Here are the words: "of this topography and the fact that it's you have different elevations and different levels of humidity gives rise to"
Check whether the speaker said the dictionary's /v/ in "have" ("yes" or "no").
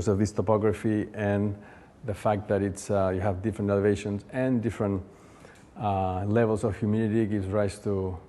yes